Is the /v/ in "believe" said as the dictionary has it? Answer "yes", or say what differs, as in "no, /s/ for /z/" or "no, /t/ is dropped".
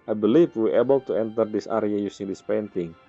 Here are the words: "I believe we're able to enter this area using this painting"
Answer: no, /f/ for /v/